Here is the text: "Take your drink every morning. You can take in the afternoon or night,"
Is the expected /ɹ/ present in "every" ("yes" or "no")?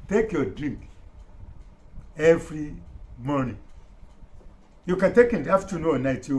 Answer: yes